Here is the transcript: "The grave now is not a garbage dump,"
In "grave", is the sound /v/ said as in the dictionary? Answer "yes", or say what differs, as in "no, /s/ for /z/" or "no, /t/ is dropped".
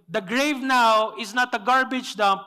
yes